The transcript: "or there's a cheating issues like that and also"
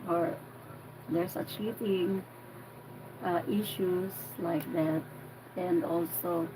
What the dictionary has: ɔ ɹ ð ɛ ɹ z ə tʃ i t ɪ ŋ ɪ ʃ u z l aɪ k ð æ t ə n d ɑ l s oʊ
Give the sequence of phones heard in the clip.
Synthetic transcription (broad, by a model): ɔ ɹ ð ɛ ɹ s ə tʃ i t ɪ ŋ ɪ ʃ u s l aɪ k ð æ t ə n d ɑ l s oʊ